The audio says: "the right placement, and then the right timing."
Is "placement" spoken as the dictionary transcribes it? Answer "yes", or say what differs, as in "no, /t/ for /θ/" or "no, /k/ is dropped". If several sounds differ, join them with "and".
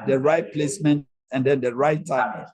yes